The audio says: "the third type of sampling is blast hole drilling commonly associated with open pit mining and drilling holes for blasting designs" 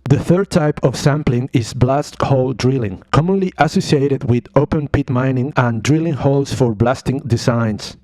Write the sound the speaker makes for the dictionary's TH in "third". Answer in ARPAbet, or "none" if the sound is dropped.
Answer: TH